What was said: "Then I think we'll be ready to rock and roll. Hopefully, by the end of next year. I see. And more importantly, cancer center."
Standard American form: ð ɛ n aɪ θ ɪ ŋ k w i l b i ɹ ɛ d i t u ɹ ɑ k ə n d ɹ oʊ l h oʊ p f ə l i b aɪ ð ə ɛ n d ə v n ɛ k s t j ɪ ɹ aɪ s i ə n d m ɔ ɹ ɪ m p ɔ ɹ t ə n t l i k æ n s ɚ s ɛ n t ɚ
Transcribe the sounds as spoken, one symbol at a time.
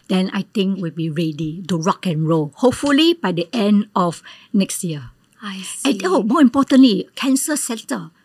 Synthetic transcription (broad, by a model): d ɛ n aɪ t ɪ ŋ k w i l b i ɹ ɛ d i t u ɹ ɑ k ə n ɹ oʊ h oʊ p f ə l i b aɪ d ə ɛ n d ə f n ɛ k s t j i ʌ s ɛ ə m ɔ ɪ m p ɔ t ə n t l i k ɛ n s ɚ s ɛ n t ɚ